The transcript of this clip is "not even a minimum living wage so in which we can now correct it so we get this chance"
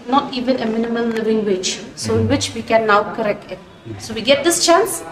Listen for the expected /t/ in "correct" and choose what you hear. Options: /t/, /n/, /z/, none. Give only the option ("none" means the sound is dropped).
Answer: /t/